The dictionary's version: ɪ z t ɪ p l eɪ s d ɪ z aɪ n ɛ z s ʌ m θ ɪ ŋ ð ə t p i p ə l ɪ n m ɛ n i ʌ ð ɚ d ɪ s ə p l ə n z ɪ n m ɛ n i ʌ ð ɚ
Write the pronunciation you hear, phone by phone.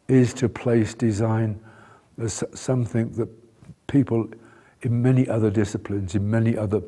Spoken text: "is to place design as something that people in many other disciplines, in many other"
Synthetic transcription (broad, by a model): ɪ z t ɪ p l eɪ s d ɪ z aɪ n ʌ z s ʌ m θ ɪ ŋ ð ə t p i p ə l ɪ n m ɛ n i ʌ ð ɚ d ɪ s ə p l ə n z ɪ n m ɛ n i ʌ ð ɚ